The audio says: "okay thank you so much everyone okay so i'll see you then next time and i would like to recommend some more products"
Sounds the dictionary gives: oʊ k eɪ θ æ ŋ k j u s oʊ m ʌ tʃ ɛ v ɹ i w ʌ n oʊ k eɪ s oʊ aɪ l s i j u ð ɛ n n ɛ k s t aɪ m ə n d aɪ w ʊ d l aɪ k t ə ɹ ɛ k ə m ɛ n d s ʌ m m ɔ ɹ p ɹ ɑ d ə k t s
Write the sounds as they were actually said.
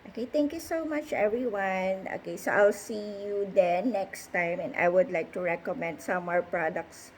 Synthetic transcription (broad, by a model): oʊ k eɪ t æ ŋ k j u s oʊ m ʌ tʃ ɛ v ɹ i w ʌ n oʊ k eɪ s oʊ aɪ l s i j u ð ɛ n n ɛ k s t aɪ m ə n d aɪ w ʊ d l aɪ k t ə ɹ ɛ k ə m ɛ n d s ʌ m m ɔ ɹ p ɹ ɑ d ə k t s